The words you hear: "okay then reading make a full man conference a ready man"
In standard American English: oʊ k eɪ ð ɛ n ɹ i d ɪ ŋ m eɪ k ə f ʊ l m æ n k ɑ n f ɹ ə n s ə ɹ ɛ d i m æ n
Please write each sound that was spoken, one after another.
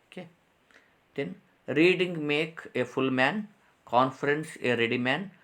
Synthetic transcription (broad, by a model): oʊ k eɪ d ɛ n ɹ i d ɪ ŋ m eɪ k ə f ʊ l m æ n k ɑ n f ɹ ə n s ə ɹ ɛ d i m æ n